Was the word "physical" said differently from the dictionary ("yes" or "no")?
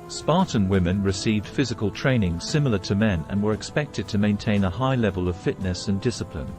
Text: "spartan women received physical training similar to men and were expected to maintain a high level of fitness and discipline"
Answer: no